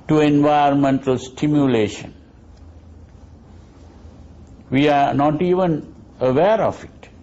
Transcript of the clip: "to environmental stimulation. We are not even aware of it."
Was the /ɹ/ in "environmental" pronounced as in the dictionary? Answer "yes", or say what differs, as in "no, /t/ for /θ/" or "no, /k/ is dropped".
no, /ɹ/ is dropped